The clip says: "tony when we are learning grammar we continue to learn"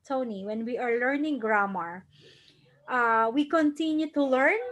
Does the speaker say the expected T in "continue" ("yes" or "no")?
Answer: yes